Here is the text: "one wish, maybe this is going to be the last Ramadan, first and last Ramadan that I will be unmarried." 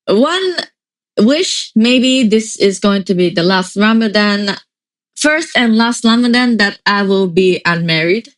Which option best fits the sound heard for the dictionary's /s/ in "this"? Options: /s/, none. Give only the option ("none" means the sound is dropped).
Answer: /s/